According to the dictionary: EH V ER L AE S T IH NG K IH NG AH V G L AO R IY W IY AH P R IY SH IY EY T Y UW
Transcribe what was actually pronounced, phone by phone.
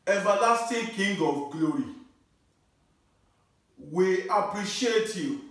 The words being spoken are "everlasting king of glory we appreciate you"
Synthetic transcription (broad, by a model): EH V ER L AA S T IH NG K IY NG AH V G L AO R IY W IY AH P R IY SH IY EY T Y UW